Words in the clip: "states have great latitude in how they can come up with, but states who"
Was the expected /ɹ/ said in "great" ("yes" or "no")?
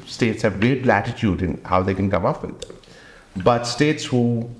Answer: no